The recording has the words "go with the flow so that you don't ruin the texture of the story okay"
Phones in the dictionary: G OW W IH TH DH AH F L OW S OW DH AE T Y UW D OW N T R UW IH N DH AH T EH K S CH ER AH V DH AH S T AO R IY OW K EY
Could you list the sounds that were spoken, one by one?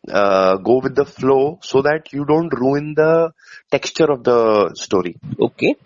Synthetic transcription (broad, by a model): G OW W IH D AH F L OW S OW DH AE T Y UW D OW N T R UW IH N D AH T EH K S CH ER AH V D AH S T AO R IY OW K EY